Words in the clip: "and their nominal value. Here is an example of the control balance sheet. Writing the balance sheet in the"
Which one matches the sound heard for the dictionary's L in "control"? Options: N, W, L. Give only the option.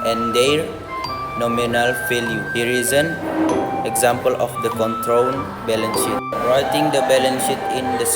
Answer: N